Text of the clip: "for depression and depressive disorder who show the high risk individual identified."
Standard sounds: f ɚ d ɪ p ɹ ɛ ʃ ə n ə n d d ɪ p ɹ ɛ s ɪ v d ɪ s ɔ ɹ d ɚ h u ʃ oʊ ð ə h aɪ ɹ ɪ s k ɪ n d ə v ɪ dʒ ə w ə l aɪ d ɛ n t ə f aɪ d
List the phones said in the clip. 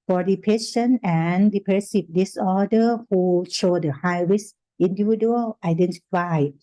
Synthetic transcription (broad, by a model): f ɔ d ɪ p ɛ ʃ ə n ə n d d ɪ p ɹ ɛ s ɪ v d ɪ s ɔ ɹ d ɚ h u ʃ oʊ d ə h aɪ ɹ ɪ s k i n d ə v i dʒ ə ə l aɪ d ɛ n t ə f aɪ